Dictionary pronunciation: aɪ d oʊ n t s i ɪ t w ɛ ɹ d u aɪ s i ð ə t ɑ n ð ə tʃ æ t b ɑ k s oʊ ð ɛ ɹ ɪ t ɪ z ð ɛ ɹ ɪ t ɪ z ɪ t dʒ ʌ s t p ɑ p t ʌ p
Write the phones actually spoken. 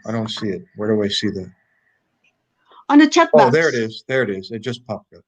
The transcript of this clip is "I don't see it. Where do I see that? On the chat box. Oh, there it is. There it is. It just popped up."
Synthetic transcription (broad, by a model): aɪ d oʊ n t s i ɪ t w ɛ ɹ d u aɪ s i ð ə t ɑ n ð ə tʃ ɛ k oʊ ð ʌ ɹ ɪ t ɪ z ð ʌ ɹ ɪ t ɪ z ɪ t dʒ ʌ s p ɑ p ʌ